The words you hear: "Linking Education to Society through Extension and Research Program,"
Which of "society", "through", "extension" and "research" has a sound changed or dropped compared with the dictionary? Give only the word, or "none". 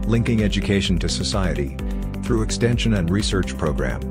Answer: none